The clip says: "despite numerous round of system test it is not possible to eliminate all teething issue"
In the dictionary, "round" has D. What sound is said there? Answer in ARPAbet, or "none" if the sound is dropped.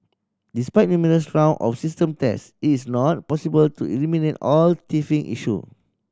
none